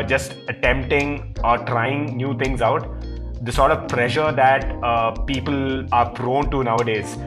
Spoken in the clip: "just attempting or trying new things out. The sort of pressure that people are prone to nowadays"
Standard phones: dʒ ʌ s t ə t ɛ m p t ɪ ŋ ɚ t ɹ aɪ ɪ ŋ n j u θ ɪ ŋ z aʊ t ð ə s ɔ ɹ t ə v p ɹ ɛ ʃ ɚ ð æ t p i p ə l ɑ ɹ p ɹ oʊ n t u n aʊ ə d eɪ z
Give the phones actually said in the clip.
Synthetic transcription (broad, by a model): dʒ ʌ s t ə t ɛ m p t ɪ ŋ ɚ t ɹ aɪ ɪ ŋ n j u t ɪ ŋ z aʊ t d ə s ɔ ɹ t ə v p ɹ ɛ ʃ ɚ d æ t p i p ə l ɑ ɹ f ɹ oʊ n t u n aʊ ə d eɪ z